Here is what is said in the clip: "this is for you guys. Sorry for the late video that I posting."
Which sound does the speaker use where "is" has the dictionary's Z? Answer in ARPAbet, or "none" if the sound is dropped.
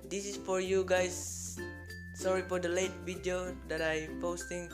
S